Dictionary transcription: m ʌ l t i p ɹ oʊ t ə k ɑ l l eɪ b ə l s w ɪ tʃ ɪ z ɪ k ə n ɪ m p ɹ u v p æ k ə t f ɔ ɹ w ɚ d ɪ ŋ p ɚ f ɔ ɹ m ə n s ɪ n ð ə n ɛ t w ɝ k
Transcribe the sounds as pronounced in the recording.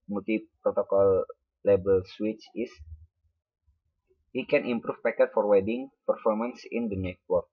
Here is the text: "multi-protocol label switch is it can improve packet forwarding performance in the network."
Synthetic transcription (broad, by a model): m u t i p ɹ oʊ t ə k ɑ l l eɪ b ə l s w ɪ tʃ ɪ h ɪ k ə n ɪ m p ɹ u f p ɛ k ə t f ɔ ɹ w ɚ d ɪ ŋ p ɚ f ɔ ɹ m ə n s ɪ n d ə n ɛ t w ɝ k